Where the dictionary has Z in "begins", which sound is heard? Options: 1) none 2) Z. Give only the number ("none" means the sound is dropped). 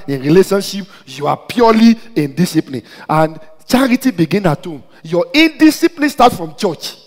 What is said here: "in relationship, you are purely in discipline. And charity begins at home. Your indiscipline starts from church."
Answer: 1